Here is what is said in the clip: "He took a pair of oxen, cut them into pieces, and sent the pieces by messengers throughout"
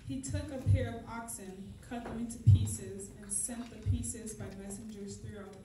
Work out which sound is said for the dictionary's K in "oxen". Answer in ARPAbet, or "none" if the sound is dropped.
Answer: K